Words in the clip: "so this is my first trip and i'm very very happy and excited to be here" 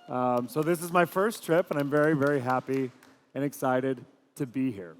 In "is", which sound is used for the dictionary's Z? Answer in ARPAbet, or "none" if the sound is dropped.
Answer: Z